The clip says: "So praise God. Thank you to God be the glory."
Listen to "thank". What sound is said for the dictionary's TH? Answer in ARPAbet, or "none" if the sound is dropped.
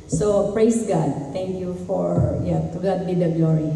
T